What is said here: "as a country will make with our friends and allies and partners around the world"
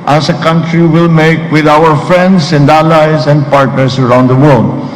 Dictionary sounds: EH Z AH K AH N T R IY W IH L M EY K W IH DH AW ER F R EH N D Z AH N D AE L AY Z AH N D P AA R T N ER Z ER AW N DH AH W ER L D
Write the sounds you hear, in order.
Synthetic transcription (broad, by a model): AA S AH K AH N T R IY W IH L M EY K W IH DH AW ER F R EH N D S AH N D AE L AY S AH N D P AA R T N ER S ER AW N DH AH W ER L D